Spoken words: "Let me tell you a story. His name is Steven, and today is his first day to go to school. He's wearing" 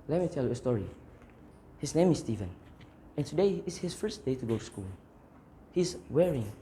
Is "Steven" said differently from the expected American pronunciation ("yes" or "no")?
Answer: no